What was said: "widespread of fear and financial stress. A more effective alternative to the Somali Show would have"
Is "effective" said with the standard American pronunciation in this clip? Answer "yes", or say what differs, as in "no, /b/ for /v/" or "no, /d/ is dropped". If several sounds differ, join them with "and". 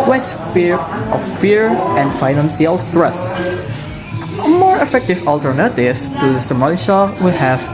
yes